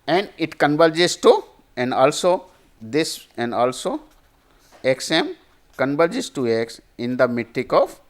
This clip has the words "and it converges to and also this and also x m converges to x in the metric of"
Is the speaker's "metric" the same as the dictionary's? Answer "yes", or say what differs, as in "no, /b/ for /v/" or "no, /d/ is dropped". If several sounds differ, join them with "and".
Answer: no, /ɹ/ is dropped